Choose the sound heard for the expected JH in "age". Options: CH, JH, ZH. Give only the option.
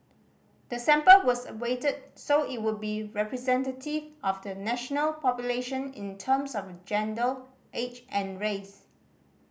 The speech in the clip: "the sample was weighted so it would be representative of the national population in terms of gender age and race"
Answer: CH